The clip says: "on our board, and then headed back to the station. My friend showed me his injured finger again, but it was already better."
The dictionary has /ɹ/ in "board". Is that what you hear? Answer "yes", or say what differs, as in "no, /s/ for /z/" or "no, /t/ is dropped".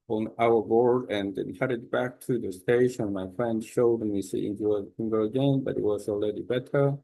yes